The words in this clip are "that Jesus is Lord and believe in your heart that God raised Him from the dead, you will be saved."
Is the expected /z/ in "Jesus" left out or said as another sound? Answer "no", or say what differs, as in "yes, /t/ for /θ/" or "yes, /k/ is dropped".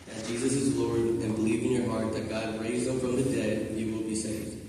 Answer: no